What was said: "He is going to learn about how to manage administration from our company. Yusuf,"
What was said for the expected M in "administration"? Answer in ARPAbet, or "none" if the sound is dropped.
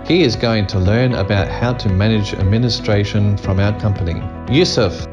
M